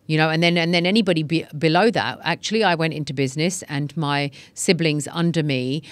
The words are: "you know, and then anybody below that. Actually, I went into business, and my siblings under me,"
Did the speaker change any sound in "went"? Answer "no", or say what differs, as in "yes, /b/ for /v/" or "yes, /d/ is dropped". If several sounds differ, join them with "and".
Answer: no